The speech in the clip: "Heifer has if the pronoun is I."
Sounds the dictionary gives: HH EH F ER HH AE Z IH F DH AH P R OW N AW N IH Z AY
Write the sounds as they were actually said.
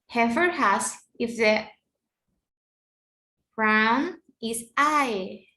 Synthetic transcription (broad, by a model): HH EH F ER HH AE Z IH F DH AH B R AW N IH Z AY